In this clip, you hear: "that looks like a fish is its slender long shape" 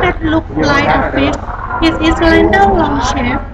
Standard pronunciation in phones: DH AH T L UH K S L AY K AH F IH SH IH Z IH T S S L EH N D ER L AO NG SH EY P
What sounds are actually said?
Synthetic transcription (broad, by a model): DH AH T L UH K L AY AH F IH S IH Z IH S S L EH N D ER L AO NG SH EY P